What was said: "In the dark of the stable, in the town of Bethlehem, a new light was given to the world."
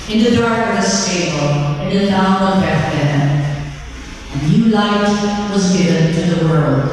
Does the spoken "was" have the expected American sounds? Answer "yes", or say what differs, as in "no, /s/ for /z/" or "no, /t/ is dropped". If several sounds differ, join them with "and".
yes